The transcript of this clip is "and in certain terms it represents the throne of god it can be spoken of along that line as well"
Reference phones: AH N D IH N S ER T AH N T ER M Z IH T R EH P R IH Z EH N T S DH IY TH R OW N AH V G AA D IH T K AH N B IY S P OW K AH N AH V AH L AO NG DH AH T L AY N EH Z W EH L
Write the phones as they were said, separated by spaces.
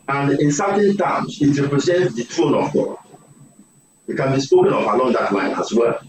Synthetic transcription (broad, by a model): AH N D IH N S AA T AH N T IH M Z IH T R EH P R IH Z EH N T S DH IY T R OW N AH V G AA IH T K AH N B IY S P OW K AH N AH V AH L AO NG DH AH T L AY N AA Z W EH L